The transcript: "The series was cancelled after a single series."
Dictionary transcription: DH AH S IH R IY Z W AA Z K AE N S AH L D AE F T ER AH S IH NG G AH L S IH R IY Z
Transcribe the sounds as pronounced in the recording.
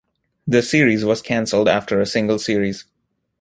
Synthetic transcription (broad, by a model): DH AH S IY R IY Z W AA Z K AE N S AH L D AE F T ER AH S IH NG G AH L S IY R IY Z